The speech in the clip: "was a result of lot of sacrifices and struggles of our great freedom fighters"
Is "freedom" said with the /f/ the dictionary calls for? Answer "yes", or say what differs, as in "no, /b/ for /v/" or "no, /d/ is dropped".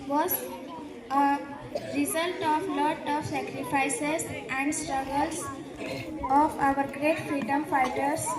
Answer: yes